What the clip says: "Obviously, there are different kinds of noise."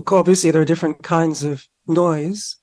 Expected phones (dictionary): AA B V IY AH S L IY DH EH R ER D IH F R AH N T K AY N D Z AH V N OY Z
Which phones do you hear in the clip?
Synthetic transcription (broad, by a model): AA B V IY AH S L IY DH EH R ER D IH F R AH N K AY N D Z AH V N OY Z